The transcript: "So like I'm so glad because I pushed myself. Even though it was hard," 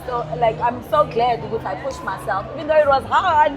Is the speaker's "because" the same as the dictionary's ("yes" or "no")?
no